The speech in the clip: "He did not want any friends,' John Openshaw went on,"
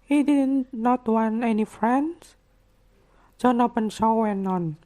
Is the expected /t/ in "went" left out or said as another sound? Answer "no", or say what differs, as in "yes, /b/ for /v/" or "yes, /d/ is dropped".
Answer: yes, /t/ is dropped